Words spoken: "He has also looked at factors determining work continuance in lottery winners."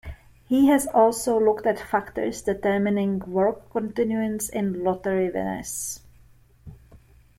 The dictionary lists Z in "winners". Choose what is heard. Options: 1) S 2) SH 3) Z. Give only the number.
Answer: 1